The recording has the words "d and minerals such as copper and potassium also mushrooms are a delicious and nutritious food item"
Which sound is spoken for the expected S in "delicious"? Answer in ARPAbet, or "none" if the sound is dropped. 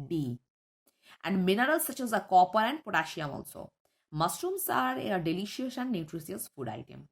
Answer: none